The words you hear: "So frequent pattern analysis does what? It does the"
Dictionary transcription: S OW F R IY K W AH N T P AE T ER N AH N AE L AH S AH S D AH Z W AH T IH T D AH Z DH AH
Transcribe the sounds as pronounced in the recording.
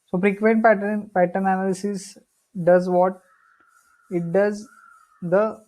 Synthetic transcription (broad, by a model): S OW P R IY K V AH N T P AE T ER N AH N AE L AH S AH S D AH Z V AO T IH T D AH Z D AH